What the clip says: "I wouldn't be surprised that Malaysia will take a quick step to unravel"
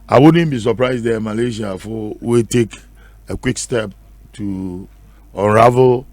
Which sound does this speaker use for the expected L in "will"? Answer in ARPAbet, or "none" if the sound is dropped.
W